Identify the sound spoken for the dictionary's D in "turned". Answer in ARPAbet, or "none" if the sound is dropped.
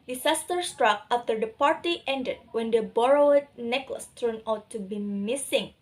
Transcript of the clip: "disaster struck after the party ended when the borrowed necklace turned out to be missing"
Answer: none